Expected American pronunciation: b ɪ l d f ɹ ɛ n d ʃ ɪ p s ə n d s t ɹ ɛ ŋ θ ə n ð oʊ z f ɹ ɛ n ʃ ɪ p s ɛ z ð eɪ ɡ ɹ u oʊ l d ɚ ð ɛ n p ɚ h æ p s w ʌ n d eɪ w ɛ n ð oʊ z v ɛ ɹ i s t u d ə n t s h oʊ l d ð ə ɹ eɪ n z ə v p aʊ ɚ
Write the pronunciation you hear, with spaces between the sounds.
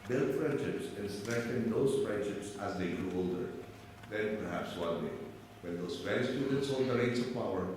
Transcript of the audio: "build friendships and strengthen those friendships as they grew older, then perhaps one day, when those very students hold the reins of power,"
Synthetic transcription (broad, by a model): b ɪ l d f ɹ ɛ n d ʃ ɪ p s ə n s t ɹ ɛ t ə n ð oʊ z f ɹ ɛ n ʃ ɪ p s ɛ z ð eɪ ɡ ɹ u oʊ l d ɚ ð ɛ n p ɚ h æ p s w ʌ n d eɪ w ɛ n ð oʊ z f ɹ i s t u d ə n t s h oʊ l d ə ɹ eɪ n s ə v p aʊ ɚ